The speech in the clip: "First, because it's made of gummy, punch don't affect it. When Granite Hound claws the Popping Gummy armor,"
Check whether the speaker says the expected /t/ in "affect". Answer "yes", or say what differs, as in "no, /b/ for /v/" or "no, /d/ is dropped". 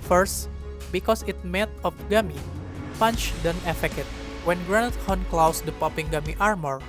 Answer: no, /t/ is dropped